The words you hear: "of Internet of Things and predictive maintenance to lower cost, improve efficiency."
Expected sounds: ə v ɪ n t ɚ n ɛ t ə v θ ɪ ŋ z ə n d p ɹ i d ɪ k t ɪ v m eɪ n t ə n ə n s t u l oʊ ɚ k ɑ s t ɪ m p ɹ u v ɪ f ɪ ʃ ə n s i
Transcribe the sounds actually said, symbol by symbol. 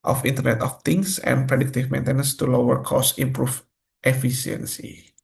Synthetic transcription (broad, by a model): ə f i n t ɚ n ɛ t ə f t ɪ ŋ s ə n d p ɹ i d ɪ k t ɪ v m eɪ n t ə n ə n s t u l oʊ ɚ k ɑ s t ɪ m p ɹ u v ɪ f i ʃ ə n s i